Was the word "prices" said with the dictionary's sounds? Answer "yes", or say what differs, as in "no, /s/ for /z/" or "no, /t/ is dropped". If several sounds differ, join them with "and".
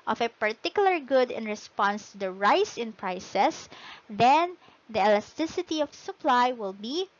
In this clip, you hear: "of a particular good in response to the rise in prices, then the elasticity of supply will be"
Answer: no, /s/ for /z/